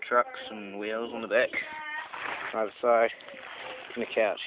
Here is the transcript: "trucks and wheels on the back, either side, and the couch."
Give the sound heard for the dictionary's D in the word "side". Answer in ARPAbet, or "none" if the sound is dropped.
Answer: none